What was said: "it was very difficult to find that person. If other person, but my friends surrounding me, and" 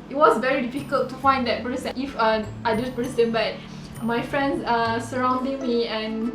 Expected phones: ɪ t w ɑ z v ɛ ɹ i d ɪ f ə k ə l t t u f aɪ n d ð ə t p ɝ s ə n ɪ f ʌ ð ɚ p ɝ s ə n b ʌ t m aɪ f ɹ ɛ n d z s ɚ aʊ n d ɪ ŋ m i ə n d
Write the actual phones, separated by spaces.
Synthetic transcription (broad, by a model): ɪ t w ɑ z v ɛ ɹ i d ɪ f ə k ə l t t u f aɪ n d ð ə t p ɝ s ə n ɪ f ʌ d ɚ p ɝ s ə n b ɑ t m aɪ f ɹ ɛ n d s s ɚ aʊ n d ɪ ŋ m i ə n